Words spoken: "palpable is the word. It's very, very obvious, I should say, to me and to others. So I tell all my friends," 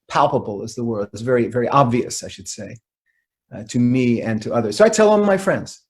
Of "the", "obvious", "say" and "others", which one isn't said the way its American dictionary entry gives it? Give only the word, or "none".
none